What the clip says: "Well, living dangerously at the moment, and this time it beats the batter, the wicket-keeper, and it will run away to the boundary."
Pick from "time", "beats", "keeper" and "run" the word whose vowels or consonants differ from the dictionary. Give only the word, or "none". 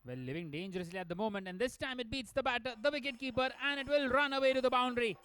none